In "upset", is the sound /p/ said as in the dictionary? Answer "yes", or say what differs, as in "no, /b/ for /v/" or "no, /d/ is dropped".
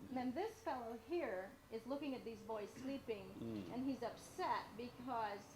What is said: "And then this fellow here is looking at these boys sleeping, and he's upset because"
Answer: yes